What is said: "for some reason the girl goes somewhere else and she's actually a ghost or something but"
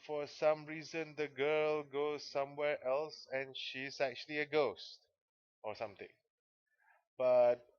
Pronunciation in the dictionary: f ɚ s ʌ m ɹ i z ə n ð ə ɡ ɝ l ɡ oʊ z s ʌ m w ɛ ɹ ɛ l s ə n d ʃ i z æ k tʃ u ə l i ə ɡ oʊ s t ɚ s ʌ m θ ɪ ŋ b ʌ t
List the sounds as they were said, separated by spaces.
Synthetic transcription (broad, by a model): f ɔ s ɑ m ɹ i z ə n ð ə ɡ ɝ l ɡ oʊ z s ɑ m w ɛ ɹ ɛ l s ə n ʃ i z æ k tʃ u ə l i ə ɡ oʊ s t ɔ s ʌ m t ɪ ŋ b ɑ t